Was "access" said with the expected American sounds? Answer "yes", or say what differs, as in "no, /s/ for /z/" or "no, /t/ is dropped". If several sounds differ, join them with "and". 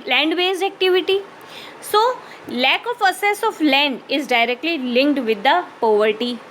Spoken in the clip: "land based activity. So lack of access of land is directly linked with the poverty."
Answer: no, /k/ is dropped